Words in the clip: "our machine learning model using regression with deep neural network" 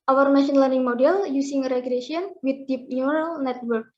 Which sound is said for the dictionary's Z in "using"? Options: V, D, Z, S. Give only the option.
S